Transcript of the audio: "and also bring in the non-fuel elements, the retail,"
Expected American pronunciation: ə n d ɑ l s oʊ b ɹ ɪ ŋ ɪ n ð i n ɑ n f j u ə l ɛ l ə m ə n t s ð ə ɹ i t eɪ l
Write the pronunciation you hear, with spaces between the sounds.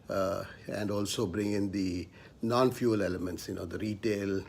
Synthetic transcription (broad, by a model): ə n d ɑ l s oʊ b ɹ ɪ ŋ ɪ n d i n ɑ n f j u ə l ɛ l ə m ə n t s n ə ɹ i t eɪ l